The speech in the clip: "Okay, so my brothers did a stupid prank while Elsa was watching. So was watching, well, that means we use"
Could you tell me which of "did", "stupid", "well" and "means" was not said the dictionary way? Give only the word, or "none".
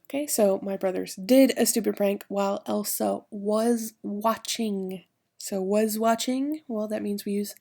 none